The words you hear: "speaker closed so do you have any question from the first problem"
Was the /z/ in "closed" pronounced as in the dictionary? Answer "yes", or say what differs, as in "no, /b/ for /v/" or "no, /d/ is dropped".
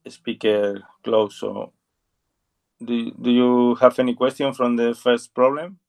no, /s/ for /z/